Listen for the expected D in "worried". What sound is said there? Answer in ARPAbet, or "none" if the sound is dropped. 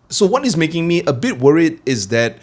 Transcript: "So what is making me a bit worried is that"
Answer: D